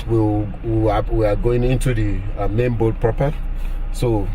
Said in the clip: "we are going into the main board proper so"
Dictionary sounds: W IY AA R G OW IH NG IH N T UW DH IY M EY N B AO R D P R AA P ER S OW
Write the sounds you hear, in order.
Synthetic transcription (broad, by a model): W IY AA W G OW IH NG IH N T UW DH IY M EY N B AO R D P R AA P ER S OW